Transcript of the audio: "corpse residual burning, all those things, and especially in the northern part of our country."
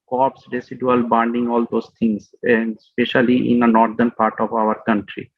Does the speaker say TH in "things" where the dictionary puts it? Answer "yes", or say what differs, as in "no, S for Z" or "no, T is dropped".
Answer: no, T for TH